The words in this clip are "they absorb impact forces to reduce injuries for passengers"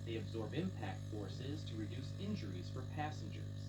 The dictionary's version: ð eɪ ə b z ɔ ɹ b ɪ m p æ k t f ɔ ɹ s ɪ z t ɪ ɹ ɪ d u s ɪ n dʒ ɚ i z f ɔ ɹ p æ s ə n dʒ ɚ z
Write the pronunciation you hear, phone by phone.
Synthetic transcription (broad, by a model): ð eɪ ə b z ɔ ɹ b ɪ m p æ k t f ɔ ɹ s ɪ z t ɪ ɹ ɪ d u s ɪ n dʒ ɚ i z f ɔ ɹ p æ s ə n dʒ ɚ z